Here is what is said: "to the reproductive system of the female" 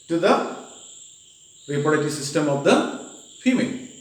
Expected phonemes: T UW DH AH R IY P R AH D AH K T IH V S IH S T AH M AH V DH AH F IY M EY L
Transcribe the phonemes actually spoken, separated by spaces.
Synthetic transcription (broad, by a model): T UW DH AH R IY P AH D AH T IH S IH S T AH M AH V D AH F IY M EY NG